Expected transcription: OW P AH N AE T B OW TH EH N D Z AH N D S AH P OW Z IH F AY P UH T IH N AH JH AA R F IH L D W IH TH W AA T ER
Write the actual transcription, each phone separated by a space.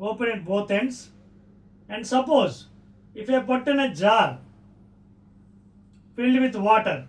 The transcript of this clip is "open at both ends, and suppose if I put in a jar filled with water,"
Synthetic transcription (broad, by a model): OW P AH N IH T B OW T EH N D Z AH N D S AH P OW Z IH F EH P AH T IH N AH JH AA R F IH L D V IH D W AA T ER